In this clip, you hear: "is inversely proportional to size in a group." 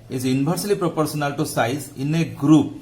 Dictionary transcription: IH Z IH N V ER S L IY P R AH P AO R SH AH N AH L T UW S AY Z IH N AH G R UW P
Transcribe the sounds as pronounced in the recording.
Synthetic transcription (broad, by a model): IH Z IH N B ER S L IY P R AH P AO R S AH N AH L T UW S AY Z IH N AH G R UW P